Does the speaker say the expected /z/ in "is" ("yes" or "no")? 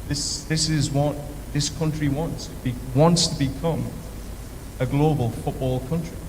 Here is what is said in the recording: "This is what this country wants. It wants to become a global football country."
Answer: yes